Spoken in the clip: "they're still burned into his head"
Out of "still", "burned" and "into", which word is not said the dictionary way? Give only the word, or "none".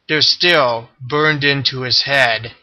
none